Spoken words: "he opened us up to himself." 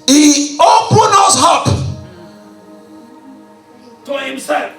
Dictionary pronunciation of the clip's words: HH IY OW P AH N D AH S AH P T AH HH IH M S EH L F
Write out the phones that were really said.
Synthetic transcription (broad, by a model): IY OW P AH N AH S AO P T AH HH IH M S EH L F